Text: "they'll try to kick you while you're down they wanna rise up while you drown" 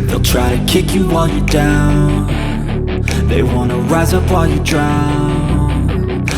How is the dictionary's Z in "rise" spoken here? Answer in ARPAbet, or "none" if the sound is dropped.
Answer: Z